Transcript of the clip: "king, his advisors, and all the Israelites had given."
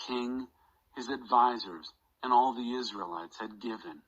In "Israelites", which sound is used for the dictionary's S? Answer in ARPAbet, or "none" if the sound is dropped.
S